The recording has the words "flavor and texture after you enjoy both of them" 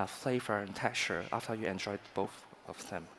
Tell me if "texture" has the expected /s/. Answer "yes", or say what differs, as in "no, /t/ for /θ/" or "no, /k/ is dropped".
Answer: no, /s/ is dropped